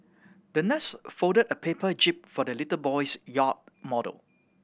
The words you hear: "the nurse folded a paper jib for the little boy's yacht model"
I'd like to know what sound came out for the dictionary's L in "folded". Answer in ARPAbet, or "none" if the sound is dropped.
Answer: none